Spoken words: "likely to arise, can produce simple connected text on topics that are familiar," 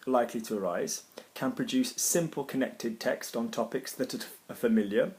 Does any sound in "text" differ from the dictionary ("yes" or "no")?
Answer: no